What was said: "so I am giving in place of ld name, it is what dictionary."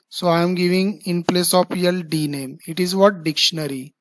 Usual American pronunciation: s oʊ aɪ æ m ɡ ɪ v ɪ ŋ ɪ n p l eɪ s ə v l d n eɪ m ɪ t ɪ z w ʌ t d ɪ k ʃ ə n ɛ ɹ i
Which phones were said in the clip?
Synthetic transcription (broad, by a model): s oʊ aɪ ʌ m ɡ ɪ v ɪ ŋ ɪ n p l eɪ s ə p l d n eɪ m ɪ t ɪ z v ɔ t d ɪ k ʃ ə n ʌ ɹ i